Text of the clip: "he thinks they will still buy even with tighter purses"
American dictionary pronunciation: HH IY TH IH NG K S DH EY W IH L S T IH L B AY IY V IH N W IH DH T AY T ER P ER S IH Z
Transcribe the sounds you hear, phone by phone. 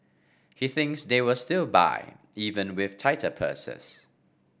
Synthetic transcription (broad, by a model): HH IY TH IH NG K S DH EY W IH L S T IH L B AY IY V IH N W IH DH T AY T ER P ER S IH S